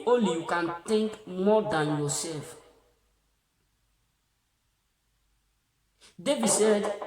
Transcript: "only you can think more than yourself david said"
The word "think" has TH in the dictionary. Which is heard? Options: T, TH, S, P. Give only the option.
T